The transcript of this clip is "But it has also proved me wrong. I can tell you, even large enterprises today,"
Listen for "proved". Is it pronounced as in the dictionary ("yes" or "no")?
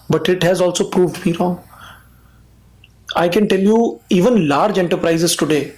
yes